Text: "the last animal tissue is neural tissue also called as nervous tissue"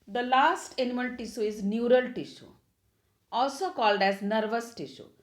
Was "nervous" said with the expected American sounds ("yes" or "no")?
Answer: yes